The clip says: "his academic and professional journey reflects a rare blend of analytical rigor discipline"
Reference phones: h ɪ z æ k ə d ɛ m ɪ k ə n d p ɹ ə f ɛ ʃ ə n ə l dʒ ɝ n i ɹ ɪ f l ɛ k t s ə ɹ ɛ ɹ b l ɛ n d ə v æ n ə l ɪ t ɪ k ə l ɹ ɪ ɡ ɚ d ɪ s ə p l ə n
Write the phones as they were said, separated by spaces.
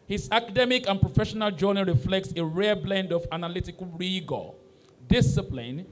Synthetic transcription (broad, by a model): h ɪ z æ k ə d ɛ m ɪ k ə n p ɹ ə f ɛ ʃ ə n ə l dʒ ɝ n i ɹ ɪ f l ɛ k t s ə ɹ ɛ b l ɛ n d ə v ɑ n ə l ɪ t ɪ k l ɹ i ɡ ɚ d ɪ s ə p l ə n